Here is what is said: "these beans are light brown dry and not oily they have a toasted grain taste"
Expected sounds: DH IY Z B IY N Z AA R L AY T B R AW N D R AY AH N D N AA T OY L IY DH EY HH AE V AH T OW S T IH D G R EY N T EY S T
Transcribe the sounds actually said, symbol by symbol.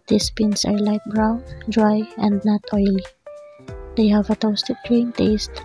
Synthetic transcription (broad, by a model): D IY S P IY N S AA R L AY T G R AW N D R AY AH N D N AA T OY L IY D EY HH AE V AH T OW S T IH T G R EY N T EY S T